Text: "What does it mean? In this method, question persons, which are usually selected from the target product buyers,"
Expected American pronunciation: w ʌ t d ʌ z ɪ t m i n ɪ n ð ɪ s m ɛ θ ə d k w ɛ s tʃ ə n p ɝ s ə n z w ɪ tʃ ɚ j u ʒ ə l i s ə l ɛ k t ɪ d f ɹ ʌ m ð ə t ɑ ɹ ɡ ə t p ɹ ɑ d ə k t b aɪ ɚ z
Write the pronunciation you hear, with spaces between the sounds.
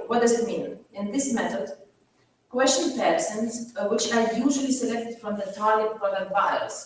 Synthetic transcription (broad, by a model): w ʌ t d ʌ z ɪ t m i n ɪ n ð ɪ s m ɛ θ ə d k w ɛ s tʃ ə n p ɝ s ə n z w ɪ tʃ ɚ j u ʒ ə l i s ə l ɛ k t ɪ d f ɹ ʌ m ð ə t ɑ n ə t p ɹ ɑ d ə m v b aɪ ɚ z